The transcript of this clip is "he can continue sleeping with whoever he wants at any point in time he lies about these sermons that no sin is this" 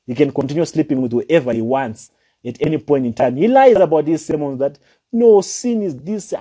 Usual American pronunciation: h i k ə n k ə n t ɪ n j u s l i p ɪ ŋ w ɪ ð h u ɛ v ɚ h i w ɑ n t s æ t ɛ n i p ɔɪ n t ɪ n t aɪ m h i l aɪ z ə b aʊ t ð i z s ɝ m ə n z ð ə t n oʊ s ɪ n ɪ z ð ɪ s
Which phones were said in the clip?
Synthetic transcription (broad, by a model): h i k ə n k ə n t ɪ n j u s l i p ɪ ŋ w ɪ ð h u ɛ v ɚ h i w ɑ n t s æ t ɛ n i p ɔɪ n t ɪ n t aɪ m h i l aɪ z ə b aʊ t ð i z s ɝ m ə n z ð ə t n oʊ s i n ɪ z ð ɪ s